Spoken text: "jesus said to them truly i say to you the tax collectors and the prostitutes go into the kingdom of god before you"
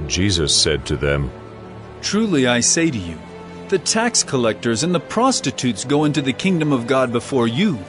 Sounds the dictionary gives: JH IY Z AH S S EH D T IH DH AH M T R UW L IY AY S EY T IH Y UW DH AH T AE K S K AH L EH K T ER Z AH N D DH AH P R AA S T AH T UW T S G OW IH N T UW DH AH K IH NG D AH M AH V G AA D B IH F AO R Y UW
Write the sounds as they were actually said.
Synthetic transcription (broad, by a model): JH IY Z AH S S EH D T IH DH AH M T R UW L IY AY S EY T IH Y UW DH AH T AE K S K AH L EH K T ER Z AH N DH AH P R AA S T AH T UW T S G OW IH N T UW DH AH K IH NG D AH M AH V G AA D B IH F AO R Y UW